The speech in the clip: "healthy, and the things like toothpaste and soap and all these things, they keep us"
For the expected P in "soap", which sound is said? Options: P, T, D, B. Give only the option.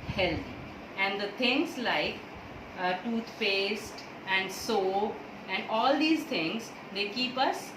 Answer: B